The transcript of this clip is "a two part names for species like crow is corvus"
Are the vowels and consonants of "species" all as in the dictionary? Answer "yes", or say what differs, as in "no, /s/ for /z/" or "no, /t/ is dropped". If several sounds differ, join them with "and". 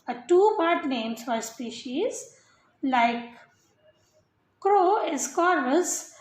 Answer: yes